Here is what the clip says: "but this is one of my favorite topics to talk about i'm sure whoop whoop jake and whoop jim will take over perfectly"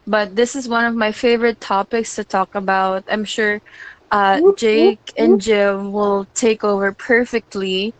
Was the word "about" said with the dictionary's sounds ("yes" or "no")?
yes